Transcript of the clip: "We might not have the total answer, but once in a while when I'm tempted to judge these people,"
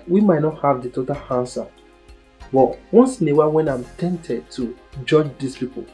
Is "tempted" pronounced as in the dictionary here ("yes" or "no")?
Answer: no